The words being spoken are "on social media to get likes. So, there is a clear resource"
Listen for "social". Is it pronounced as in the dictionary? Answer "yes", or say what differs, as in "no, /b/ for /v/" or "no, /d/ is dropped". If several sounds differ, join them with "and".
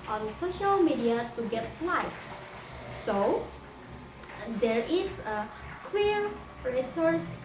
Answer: yes